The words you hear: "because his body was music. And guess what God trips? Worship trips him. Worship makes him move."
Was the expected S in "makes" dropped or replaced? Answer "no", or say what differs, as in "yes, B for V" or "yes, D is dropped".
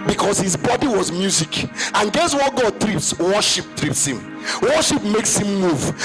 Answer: no